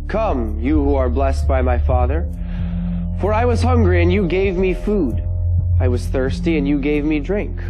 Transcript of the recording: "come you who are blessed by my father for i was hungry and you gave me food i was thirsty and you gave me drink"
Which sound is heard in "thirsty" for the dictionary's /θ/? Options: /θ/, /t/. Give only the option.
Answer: /θ/